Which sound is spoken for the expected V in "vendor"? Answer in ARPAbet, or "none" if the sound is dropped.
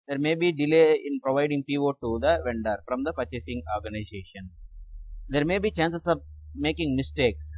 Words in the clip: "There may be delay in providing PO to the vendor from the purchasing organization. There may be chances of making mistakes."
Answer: V